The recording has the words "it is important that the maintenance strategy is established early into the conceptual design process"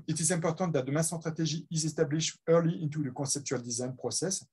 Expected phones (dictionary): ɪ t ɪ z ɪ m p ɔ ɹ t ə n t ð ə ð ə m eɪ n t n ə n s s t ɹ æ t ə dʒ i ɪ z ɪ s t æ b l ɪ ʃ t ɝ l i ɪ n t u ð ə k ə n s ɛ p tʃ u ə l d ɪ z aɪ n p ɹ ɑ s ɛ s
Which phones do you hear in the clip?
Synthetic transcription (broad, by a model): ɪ t ɪ z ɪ p ɔ ɹ t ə t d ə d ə m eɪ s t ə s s t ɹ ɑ t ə ʒ i ɪ z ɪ s t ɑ b l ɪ ʃ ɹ l i ɪ n t u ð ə k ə s ɛ p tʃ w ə l d ɪ z aɪ n p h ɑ s ɛ s